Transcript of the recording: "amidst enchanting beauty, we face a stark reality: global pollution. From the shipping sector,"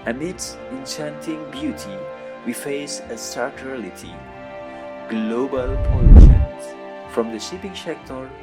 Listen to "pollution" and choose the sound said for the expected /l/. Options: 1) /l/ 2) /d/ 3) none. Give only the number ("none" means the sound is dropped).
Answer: 3